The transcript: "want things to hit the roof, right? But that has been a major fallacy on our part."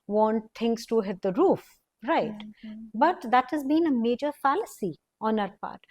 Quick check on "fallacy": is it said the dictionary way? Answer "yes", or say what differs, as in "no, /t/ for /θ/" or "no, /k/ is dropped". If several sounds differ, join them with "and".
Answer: yes